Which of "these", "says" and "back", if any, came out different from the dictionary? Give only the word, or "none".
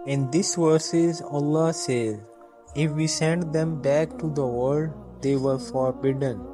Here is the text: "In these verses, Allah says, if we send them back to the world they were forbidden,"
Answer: these